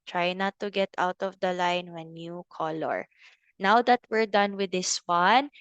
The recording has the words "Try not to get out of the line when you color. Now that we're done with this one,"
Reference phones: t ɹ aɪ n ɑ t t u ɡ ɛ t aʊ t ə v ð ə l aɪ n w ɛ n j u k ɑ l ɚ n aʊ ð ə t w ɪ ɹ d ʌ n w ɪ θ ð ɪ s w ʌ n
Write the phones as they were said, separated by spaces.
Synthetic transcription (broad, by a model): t ɹ aɪ n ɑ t t u ɡ ɛ t aʊ t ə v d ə l aɪ n w ɛ n j u k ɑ l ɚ n aʊ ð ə t w ɪ ɹ d ʌ n w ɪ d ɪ s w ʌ n